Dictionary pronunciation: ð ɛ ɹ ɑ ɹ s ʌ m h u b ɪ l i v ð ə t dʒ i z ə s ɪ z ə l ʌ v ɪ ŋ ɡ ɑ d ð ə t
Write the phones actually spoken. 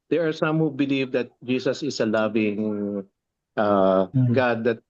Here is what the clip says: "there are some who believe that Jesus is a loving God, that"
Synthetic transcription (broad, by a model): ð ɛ ɹ ɑ ɹ s ʌ m h u b ɪ l i v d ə t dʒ i s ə s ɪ s ə l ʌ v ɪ ŋ ɡ ɑ d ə t